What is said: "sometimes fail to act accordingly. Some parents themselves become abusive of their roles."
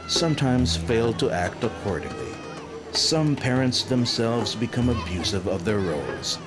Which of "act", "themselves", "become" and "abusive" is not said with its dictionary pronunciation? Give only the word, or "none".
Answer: none